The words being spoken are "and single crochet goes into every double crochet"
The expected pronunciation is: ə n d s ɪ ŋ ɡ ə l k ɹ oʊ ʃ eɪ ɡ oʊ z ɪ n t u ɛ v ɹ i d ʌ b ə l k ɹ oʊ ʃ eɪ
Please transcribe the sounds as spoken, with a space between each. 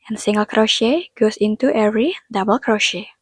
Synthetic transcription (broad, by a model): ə n s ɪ ŋ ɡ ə l k ɹ oʊ ʃ eɪ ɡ oʊ s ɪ n t u ɛ v ɹ i d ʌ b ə l k ɹ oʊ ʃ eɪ